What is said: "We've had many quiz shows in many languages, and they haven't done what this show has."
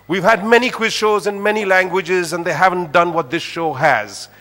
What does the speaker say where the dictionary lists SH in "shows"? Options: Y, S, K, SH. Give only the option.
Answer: SH